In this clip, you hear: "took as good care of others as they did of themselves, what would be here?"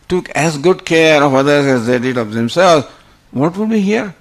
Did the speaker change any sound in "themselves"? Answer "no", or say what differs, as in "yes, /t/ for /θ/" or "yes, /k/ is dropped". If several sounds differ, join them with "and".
yes, /v/ is dropped